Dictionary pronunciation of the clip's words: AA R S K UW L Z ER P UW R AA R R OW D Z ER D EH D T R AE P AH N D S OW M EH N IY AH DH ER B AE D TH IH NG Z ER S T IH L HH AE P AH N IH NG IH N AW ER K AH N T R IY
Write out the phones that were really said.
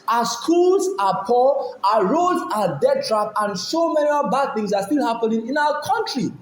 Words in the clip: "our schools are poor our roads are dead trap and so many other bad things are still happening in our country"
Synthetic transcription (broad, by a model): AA S K UW L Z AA P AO L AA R R OW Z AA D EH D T R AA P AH N S OW M EH N IY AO B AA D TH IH NG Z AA S T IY L HH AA P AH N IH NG IH N AW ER K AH N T R IY